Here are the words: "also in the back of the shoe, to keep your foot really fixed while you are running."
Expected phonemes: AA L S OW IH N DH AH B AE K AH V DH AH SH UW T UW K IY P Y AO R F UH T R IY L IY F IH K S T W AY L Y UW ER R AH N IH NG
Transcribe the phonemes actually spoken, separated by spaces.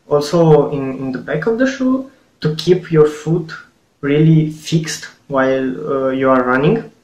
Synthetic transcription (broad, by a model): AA L S OW IH N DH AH B AE K AH V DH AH SH UW T UW K IY P Y AO R F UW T R IY L IY F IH K S T W AY L Y UW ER R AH N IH NG